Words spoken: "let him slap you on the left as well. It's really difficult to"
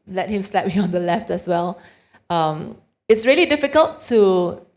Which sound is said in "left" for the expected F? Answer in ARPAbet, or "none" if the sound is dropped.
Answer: F